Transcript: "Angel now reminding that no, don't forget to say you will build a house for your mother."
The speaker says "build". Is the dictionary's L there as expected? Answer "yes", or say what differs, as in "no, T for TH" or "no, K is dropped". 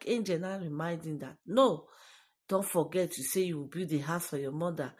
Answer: no, L is dropped